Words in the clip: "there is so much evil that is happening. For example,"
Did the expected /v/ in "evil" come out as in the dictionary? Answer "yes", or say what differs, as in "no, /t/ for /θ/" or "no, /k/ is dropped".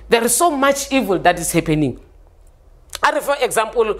yes